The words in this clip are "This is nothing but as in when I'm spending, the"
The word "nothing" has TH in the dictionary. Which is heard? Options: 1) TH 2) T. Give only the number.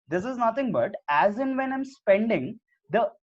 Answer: 2